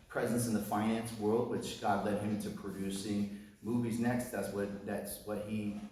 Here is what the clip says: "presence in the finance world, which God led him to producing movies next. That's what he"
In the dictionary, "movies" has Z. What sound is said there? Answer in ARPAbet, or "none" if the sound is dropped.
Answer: Z